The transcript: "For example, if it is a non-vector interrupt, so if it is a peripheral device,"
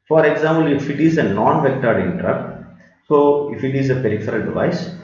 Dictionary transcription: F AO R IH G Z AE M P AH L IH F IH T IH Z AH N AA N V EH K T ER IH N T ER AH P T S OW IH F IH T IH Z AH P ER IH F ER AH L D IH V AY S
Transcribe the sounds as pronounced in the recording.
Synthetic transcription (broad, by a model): F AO R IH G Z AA M P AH L IH F IH T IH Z AH N AA N V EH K T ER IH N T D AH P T S OW IH F IH T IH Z AH P ER IH F ER AH L D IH V AY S